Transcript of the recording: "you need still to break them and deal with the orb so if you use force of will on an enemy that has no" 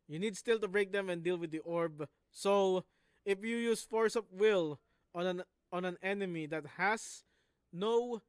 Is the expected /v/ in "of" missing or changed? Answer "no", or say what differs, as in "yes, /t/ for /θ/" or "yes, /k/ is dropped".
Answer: yes, /p/ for /v/